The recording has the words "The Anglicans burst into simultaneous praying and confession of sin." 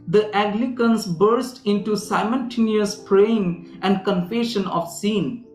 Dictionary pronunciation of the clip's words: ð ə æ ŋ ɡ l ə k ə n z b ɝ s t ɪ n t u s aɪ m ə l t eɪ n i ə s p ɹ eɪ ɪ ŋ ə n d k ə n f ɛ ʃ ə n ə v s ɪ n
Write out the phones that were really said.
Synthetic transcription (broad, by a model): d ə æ ɡ l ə k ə n s b ɝ s t ɪ n t u s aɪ m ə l t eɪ n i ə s p ɹ eɪ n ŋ ə n d k ə n f ɛ ʃ ə n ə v s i n